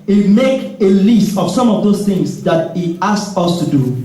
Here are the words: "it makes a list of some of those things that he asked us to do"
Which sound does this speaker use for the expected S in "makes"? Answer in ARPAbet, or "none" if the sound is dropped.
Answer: none